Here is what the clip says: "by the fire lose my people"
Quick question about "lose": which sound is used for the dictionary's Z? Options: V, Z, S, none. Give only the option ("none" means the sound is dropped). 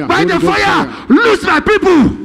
S